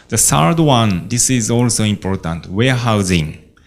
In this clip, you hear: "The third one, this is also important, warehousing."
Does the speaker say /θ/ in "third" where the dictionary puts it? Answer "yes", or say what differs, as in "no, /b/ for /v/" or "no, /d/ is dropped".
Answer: no, /s/ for /θ/